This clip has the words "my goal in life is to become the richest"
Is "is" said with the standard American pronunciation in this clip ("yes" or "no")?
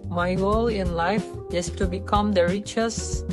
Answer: no